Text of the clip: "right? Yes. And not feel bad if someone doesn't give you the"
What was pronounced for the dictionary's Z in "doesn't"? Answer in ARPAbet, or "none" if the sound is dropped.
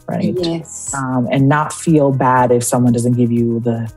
Z